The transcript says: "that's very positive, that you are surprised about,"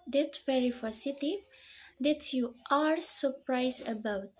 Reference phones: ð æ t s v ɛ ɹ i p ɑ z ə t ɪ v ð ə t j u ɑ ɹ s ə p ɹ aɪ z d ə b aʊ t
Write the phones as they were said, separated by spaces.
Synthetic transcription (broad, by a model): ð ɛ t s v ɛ ɹ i f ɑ s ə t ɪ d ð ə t j u ɑ ɹ s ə p ɹ aɪ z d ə b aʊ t